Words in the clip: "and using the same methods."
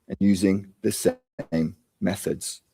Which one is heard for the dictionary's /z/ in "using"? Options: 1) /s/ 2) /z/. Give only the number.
2